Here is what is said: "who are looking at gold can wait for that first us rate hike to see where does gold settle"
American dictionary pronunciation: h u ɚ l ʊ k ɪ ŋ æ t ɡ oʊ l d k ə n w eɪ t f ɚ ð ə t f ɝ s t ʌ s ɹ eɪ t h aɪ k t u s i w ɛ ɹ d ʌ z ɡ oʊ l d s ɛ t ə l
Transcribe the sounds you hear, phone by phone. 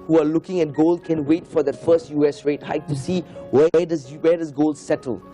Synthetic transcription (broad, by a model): h u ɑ l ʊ k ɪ ŋ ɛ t ɡ oʊ l d k ə n w eɪ t f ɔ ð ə t f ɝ s t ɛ s ɹ eɪ t h aɪ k t u s i w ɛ w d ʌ s ɡ oʊ l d s ɛ t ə l